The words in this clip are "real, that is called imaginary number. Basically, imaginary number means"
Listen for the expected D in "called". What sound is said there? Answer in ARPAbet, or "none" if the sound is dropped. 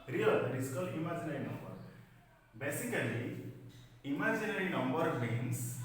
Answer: none